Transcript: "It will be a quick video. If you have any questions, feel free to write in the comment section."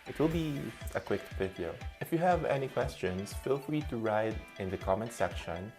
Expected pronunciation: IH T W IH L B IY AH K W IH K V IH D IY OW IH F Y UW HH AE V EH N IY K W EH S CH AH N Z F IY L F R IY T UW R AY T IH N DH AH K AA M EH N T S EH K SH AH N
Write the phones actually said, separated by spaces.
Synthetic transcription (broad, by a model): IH T W IH L B IY AH K W IH K P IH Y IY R IH F Y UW HH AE V EH N IY K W EH S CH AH N S F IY L F R IY T UW R AY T IH N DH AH K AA M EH N S EH K SH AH N